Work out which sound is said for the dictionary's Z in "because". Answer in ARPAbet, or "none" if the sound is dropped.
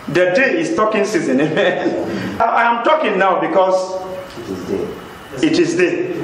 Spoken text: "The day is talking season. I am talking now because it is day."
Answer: S